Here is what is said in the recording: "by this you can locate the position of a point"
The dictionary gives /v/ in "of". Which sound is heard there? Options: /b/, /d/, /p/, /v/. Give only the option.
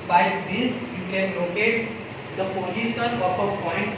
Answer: /p/